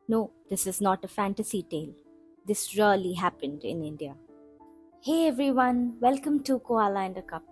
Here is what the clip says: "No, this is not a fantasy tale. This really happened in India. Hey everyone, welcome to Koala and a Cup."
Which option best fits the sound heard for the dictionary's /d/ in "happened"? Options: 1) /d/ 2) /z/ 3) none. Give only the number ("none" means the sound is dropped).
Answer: 1